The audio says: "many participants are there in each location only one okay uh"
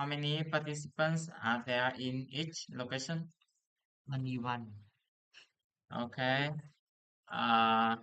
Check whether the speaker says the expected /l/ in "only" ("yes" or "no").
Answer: no